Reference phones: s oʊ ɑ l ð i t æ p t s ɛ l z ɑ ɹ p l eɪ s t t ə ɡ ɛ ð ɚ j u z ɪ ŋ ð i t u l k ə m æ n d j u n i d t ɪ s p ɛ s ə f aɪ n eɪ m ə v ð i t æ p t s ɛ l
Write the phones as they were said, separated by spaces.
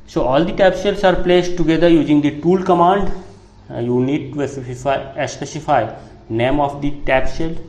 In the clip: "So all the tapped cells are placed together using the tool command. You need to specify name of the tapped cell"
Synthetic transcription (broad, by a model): s oʊ ɑ l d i t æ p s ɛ l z ɑ ɹ p l eɪ s t t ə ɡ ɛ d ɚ j u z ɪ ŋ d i t u l k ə m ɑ n d j u n i d t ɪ s p ɛ s ə f aɪ n eɪ m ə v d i t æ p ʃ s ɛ l